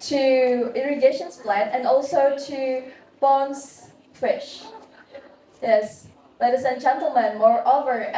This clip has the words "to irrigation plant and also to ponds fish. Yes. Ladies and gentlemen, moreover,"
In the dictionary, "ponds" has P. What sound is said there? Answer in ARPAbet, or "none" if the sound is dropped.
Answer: B